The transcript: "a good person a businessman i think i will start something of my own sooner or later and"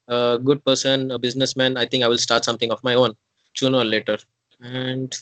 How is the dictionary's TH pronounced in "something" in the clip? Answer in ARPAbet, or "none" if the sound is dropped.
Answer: T